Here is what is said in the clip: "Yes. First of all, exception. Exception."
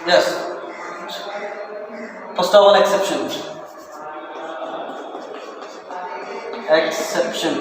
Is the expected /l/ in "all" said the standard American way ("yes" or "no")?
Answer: no